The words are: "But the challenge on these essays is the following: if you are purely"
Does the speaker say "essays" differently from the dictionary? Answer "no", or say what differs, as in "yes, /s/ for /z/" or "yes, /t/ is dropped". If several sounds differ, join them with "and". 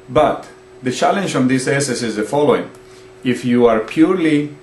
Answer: yes, /s/ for /z/